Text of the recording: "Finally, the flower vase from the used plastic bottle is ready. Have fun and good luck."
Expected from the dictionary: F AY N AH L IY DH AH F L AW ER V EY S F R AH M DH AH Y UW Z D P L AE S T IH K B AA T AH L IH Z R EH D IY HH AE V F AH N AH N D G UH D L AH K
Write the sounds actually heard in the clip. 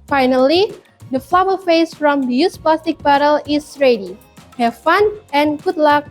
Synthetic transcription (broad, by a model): F AY N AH L IY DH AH F L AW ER F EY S F R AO M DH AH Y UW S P L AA S T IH K B AA T AH L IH S R EH D IY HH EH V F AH N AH N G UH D L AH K